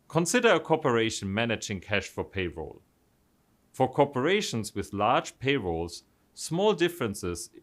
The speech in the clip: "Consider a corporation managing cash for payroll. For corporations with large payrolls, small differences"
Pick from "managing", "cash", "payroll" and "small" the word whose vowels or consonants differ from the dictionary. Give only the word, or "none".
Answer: none